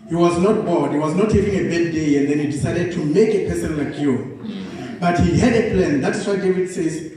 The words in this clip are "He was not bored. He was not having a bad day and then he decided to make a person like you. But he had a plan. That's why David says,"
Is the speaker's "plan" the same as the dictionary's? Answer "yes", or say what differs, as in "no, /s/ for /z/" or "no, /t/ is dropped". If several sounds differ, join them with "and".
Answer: yes